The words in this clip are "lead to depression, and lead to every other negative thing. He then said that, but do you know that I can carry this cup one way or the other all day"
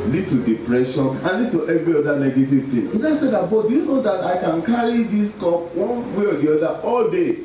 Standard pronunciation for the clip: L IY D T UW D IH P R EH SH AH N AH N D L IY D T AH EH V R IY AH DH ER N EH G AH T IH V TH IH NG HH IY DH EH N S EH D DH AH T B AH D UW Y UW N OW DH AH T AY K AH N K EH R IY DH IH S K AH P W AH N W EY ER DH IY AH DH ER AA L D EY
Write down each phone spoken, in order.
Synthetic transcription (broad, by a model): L IY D T UW D IH P R EH SH AH N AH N L IY D T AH EH V R IY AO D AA N EH G AH T IH V T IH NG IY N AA S EH D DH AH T B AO D UW Y UW N OW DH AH T AY K AH N K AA R IY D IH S K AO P W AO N W EY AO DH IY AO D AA AA L D EY